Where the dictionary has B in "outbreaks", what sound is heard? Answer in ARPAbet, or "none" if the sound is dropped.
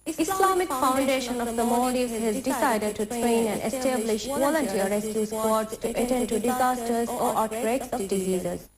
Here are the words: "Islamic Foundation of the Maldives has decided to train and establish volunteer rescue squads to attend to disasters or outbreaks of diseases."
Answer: none